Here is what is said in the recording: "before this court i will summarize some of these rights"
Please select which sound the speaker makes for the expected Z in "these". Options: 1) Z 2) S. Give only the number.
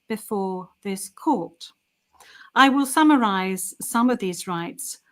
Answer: 1